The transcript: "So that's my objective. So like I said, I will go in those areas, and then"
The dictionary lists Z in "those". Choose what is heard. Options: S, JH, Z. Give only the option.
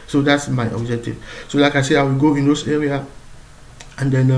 S